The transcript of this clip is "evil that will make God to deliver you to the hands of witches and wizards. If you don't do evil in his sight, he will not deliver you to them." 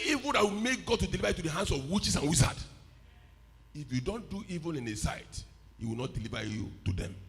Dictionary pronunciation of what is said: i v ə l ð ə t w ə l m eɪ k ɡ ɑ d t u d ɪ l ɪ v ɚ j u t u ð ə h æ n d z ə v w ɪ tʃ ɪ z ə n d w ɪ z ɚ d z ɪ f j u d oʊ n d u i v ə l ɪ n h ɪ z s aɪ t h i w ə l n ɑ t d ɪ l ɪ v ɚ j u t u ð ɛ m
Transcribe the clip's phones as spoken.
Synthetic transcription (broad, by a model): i v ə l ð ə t w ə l m eɪ k ɡ ɑ d t u d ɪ l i v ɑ j u t u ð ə h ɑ n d s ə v w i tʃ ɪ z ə n w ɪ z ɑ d ɪ f j u d oʊ n d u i v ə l ɪ n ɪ s aɪ t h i w ə l n ɑ t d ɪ l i v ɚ j u t u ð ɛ m